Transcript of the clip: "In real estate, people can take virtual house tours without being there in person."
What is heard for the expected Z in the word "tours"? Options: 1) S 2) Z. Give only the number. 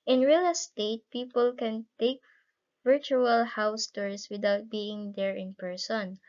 1